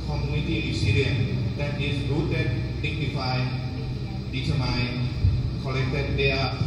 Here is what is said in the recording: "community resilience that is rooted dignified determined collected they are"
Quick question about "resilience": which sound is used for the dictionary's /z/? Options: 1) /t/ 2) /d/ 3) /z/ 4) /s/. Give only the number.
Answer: 4